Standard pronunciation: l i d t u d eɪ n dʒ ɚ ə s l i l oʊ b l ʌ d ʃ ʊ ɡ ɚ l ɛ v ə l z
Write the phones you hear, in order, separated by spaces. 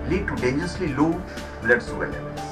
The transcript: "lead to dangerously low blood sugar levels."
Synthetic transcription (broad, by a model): l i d t u d eɪ n dʒ ɚ ə s l i l oʊ b l ʌ d s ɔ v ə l